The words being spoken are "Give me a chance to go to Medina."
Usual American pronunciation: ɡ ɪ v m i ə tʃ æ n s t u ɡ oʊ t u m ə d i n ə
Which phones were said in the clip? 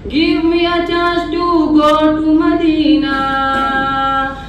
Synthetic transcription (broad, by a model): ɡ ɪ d m i ə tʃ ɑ s t u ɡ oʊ t u m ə d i n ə